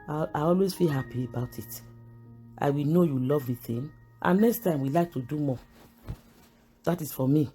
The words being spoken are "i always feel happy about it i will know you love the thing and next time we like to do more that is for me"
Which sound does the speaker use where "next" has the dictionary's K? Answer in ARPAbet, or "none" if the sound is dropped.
K